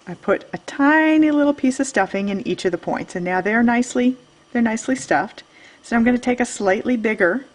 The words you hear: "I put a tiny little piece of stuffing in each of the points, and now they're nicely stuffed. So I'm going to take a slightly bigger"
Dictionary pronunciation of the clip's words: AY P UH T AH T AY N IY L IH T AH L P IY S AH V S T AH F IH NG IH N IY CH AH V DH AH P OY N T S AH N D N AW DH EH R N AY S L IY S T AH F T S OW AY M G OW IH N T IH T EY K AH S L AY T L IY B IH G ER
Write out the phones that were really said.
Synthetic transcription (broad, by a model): AY P UH T AH T AY N IY L IH T L P IY S AH V S T AH F IH NG IH N IY CH AH V DH AH P OY N T S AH N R N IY DH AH R N AY S L IY S T AH F T S OW AY M G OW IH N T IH T EY K AH S L AY T L IY B IH G ER